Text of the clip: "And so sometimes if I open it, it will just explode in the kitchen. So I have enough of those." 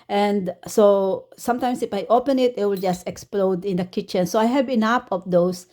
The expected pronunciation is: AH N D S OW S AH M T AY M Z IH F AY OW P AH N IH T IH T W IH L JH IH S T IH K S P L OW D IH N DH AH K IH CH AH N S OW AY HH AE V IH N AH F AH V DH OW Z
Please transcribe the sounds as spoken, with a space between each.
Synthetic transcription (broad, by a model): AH N D S OW S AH M T AY M S IH F AY OW P AH N IH T IH T W IH L JH IH S T IH K S P L OW D IH N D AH K IH CH AH N S OW AY HH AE B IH N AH P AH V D OW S